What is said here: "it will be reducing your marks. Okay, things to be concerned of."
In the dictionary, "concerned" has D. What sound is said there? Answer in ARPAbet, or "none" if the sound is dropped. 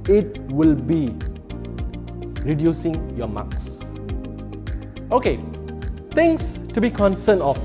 none